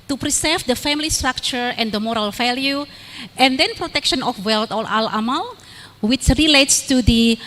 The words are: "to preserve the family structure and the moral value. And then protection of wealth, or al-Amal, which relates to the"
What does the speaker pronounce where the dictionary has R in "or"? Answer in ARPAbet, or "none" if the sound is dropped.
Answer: L